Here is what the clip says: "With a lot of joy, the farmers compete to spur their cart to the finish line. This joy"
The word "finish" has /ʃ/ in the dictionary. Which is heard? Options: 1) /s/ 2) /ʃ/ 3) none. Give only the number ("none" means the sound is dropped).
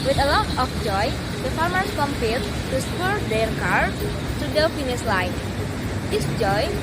1